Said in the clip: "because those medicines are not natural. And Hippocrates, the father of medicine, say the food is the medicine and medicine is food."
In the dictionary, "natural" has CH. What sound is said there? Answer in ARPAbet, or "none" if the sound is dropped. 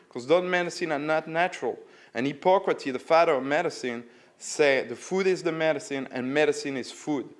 CH